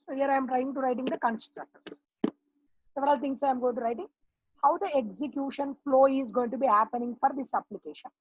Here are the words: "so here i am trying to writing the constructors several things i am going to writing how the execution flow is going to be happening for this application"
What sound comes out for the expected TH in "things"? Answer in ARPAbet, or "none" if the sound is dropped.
T